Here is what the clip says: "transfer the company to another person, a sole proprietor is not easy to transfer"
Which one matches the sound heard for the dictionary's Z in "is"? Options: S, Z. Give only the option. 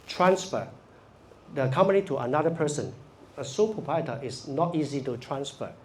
S